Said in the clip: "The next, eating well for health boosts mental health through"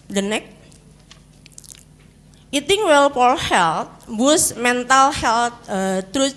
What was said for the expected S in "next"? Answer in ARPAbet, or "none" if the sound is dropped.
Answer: none